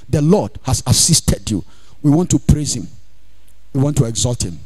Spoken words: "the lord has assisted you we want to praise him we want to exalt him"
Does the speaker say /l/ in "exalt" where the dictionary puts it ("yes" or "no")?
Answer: yes